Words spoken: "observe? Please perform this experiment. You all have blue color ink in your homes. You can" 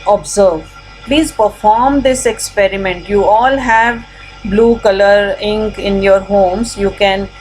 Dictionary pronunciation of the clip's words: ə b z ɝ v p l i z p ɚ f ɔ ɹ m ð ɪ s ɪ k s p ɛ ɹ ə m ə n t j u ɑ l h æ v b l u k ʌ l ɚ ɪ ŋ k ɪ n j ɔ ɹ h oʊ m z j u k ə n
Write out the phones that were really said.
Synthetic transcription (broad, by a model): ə b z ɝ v p l i z p ɚ f ɔ ɹ m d ɪ s ɪ k s p ɛ ɹ ə m ə n t j u ɑ l h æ v b l u k ʌ l ɚ ɪ ŋ k ɪ n j ɔ ɹ h oʊ m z j u k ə n